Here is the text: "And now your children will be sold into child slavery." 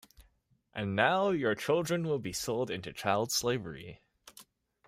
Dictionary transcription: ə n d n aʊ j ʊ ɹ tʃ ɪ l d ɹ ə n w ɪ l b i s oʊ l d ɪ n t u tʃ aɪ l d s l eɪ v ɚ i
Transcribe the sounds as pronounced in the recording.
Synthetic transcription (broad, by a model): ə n n aʊ j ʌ ɹ tʃ ɪ l d ɹ ə n w ɪ l b i s oʊ l d ɪ n t u tʃ aɪ l d s l eɪ v ɚ i